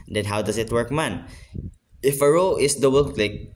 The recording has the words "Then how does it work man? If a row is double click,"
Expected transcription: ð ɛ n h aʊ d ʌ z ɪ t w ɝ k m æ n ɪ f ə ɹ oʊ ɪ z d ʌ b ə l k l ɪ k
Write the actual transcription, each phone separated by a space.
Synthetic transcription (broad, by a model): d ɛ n h aʊ d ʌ s ɪ t w ɝ k m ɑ n ɪ f ə ɹ oʊ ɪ s d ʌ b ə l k l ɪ k